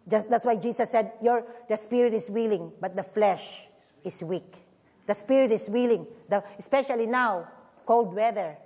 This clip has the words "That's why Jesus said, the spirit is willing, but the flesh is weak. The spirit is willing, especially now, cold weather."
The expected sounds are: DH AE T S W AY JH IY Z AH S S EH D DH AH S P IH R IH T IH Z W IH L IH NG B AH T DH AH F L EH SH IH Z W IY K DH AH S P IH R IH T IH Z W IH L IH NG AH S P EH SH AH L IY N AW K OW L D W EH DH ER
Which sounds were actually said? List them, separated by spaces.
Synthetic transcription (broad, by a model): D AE T S W AY JH IY S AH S S EH D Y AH S P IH R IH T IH S W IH L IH NG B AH T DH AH F L EH SH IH S W IY K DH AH S P IH R IH T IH S W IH L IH NG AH S P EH SH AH L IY N AW K OW L D W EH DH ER